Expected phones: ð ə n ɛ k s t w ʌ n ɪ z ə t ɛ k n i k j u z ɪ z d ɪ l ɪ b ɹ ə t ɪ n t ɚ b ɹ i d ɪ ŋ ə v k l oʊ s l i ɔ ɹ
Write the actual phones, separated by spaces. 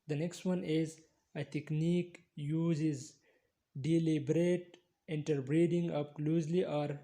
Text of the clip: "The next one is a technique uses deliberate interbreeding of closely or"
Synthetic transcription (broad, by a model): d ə n ɛ k s t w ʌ n ɪ z ə t ɛ k n i k j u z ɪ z d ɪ l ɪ b ɹ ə t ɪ n t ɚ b ɹ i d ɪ ŋ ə p k l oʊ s l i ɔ ɹ